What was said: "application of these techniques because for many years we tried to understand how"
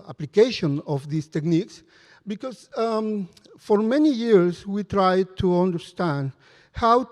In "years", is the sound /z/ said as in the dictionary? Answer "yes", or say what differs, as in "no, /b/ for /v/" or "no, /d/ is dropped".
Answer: no, /s/ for /z/